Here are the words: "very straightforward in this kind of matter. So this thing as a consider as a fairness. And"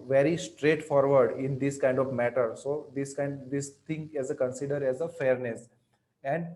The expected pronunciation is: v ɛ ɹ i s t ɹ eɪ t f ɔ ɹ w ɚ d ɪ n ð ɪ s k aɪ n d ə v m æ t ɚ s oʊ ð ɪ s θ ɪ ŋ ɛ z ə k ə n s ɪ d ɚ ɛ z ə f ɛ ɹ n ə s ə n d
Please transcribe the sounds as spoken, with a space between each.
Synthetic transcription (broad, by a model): v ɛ ɹ i s t ɹ eɪ t f ɔ ɹ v ɚ d ɪ n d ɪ s k aɪ n d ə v m æ t ɚ s oʊ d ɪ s t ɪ ŋ ɛ z ə k ə n s ɪ d ɚ ɛ z ə f ɛ ɹ n ə s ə n d